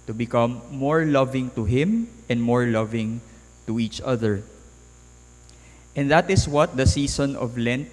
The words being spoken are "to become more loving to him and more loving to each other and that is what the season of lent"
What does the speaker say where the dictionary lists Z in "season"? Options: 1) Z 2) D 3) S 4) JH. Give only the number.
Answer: 3